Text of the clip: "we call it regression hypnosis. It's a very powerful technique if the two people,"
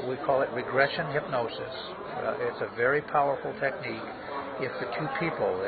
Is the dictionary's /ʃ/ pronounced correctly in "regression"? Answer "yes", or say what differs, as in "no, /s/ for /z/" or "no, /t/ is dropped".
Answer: yes